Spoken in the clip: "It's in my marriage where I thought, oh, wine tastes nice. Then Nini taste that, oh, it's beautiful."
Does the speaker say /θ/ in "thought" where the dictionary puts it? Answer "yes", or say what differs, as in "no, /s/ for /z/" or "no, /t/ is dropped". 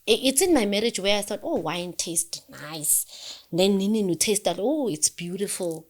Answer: yes